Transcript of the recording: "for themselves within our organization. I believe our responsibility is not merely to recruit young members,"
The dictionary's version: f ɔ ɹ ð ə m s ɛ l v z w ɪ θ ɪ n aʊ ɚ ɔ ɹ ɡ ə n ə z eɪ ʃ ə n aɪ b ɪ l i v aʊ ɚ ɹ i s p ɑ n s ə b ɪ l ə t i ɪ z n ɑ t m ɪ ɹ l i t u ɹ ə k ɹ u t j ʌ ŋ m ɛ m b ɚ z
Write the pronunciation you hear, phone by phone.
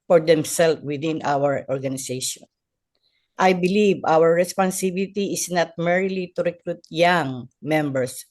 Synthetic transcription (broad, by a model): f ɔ ɹ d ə m s ɛ l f w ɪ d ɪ n aʊ ɚ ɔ ɹ ɡ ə n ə s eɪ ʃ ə n aɪ b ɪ l i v aʊ ɚ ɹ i s p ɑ n s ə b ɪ l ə t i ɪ s n ɑ t m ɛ ɹ l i t u ɹ ə k ɹ u t j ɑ ŋ m ɛ m b ɚ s